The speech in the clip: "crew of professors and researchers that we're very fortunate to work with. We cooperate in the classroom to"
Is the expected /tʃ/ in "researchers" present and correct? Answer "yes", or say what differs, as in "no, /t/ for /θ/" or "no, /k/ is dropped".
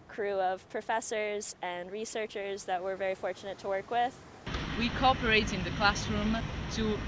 yes